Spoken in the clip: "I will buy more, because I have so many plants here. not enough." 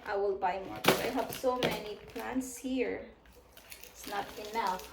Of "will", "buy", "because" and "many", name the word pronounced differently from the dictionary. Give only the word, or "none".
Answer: because